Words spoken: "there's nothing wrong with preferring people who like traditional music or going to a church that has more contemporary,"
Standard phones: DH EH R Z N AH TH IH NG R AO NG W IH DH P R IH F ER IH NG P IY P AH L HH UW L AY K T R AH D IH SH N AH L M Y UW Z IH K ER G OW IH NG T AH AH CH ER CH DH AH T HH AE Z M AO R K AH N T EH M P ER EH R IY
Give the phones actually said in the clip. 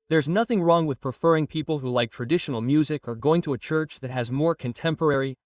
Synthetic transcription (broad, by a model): DH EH R Z N AH TH IH NG R AO NG W IH DH P R IH F ER IH NG P IY P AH L HH UW L AY K T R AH D IH SH N L M Y UW Z IH K ER G OW IH NG T AH AH CH ER CH DH AH T HH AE Z M AO R K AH N T EH M P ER EH R IY